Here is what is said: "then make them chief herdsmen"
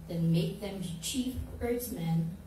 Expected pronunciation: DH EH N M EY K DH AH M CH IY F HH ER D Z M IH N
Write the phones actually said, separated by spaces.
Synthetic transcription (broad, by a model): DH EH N M EY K DH AH M CH IY F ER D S M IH N